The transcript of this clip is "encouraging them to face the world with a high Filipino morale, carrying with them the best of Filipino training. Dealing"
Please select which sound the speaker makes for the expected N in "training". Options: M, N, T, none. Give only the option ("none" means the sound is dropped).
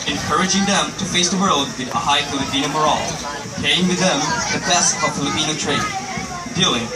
none